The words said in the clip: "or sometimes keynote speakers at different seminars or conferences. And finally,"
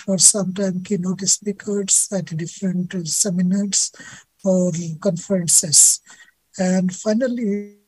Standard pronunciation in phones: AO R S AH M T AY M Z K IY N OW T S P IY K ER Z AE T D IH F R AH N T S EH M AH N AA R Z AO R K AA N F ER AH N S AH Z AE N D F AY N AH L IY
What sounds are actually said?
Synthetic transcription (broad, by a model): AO R S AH M T AY M K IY N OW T S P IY K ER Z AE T D IH F R AH N T S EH M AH N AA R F AO R K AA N F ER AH N S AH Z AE N D F AY N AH L IY